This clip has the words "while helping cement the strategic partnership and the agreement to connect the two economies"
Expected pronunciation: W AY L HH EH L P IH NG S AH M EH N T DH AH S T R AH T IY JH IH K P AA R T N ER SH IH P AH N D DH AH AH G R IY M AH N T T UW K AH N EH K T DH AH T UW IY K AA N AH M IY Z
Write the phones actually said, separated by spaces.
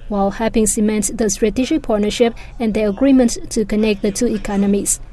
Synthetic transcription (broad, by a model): W AY L HH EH P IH NG S AH M EH N T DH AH S T R AH T IY JH IH K P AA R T N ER SH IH P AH N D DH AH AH G R IY M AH N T T UW K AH N EH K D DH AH T UW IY K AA N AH M IY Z